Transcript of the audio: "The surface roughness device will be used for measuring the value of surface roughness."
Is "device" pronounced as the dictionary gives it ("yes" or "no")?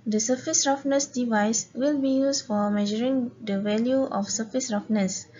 yes